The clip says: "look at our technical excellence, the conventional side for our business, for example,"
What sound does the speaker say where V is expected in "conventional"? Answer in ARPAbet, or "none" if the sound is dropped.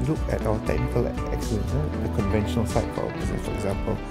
V